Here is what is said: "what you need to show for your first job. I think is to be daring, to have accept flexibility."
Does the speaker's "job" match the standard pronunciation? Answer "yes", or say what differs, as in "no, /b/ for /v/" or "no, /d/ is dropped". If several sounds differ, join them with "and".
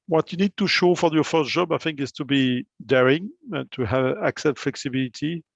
yes